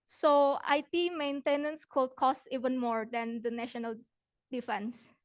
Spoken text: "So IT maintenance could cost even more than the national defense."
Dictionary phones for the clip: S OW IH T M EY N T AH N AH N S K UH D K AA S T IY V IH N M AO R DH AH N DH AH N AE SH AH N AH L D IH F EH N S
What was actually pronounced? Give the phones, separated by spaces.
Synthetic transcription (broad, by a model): S OW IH T M EY N T AH N AH N S K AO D K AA S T IY V IH N M AO R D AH N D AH N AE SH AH N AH L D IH F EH N S